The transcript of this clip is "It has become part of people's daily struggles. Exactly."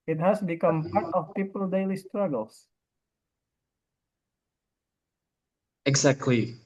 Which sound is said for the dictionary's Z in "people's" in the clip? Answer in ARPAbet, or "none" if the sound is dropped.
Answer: none